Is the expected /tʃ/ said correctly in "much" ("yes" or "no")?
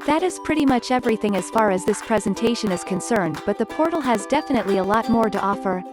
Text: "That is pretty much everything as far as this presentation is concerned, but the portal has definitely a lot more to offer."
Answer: yes